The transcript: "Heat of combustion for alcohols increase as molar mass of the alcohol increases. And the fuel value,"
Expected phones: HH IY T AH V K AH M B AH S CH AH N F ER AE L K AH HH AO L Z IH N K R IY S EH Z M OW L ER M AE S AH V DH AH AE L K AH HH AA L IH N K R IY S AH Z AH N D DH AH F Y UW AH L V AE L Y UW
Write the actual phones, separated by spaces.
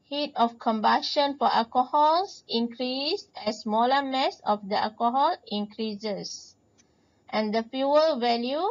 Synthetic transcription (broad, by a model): HH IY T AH F K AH M B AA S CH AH N F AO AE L K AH HH AO L S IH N K R IY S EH S M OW L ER M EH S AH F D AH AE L K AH HH AA L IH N K R IY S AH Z AH N D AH F Y UW AH L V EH L Y UW